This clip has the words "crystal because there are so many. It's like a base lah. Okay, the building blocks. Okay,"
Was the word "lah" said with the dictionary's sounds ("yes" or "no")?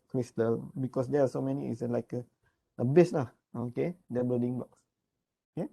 no